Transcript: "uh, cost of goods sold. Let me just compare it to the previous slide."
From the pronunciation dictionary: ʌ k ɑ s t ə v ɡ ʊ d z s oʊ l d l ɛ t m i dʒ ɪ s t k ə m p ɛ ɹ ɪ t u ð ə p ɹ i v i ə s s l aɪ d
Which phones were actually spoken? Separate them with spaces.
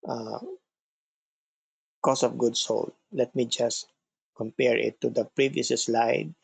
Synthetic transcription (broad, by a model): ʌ k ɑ s ə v ɡ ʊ d s oʊ l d l ɛ t m i dʒ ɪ s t k ə m p ɛ ɹ ɪ t u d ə p ɹ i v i s s l aɪ d